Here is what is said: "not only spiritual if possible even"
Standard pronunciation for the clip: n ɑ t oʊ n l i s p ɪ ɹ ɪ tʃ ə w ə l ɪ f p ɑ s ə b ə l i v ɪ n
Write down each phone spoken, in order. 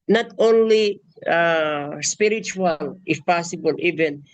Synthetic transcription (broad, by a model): n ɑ t oʊ n l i s p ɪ ɹ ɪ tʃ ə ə l ɪ f p ɑ s ə b ə l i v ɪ n